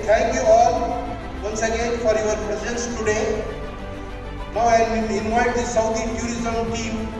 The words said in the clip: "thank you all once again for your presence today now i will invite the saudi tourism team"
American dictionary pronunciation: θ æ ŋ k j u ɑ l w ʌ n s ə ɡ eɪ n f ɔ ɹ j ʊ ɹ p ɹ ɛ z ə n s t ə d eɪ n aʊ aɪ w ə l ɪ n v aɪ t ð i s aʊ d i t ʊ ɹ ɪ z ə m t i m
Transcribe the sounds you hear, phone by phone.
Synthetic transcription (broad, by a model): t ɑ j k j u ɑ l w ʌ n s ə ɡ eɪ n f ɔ ɹ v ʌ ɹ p ɹ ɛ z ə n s t ə d eɪ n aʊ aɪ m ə n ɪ n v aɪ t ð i s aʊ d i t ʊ ɹ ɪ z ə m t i m